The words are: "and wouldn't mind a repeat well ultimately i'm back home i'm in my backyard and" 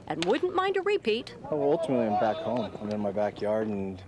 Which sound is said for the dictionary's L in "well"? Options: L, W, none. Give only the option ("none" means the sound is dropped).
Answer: W